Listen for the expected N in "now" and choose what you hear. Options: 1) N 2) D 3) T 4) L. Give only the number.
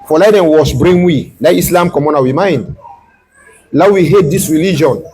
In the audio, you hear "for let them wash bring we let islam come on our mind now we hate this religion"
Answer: 4